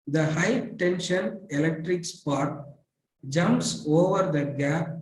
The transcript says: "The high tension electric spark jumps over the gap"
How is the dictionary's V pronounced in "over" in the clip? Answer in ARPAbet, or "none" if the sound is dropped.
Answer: V